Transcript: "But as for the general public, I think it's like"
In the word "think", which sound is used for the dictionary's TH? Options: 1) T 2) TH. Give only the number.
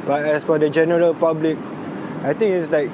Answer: 1